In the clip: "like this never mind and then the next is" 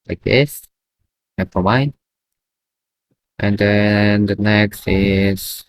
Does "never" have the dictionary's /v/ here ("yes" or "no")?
no